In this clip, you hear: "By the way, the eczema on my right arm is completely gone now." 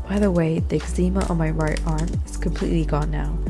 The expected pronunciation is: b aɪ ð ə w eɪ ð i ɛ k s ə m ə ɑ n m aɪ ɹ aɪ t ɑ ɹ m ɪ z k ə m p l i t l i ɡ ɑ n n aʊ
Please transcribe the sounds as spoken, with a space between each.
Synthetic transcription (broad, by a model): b aɪ ð ə w eɪ ð i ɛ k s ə m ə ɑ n m aɪ ɹ aɪ t ɑ ɹ m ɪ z k ə m p l i t l i ɡ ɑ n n aʊ